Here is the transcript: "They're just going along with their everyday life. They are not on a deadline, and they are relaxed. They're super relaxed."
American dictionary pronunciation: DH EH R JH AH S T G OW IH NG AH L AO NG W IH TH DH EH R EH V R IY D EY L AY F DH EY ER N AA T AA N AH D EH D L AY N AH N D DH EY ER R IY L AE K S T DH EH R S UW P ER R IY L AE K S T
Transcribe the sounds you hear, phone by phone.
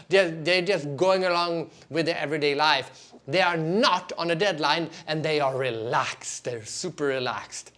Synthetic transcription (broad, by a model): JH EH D JH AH S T G OW IH NG AH L AO NG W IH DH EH EH V R IY D EY L AY F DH EY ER N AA T AA N AH D EH D L AY N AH N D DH EY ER R IY L AE K S T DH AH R S UW P ER R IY L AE K S T